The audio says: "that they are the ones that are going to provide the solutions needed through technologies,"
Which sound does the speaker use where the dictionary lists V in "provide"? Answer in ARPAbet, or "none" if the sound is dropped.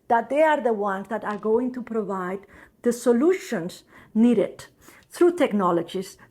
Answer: V